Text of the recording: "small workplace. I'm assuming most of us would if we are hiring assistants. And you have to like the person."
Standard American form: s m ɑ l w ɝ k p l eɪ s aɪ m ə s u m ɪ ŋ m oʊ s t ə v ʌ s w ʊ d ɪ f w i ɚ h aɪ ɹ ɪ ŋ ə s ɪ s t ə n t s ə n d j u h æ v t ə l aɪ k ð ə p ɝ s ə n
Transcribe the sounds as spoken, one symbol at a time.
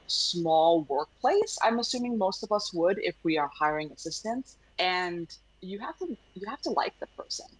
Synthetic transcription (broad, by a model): s m ɑ l w ɝ k p l eɪ s aɪ m ə s u m ɪ ŋ m oʊ s t ə v ʌ s w ʊ d ɪ f w i ɚ h aɪ ɹ ɪ ŋ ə s ɪ s t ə n s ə n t j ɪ h æ f t ə l aɪ k ð ə p ɝ s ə n